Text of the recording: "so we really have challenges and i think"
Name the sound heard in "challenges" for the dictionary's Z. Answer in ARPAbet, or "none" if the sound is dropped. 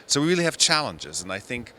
Z